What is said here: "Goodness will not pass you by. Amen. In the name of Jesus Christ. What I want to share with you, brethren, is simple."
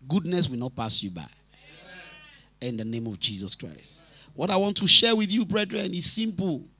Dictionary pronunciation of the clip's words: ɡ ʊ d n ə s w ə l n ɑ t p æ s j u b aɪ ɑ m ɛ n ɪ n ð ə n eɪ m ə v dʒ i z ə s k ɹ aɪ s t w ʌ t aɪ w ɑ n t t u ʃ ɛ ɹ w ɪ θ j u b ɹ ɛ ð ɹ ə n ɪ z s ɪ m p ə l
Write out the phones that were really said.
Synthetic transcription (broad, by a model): ɡ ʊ d n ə s w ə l n ɑ t p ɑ s j u b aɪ ɑ ɪ ɪ n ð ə n eɪ m ə v dʒ i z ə s k ɹ aɪ s t w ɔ t aɪ w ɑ n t t u ʃ ɛ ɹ w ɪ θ j u b ɹ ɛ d ɹ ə n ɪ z s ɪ m p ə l